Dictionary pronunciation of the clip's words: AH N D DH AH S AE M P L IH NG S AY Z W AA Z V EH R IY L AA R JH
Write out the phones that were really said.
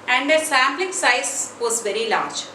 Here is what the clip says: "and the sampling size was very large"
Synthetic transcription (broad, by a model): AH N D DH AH S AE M B L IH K S AY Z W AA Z V EH R IY L AA R JH